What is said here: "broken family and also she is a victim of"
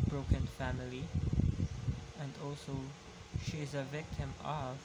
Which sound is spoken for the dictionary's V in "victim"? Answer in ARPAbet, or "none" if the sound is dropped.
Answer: V